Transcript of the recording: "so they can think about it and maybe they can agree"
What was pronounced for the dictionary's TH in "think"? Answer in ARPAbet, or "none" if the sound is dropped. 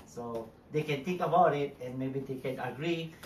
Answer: T